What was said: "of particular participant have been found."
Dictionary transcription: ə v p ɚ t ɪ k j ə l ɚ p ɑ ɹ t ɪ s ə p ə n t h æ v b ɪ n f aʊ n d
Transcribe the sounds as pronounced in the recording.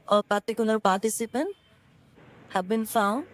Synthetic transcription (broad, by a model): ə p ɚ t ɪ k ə n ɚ p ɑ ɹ t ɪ s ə p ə n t h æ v b ɪ n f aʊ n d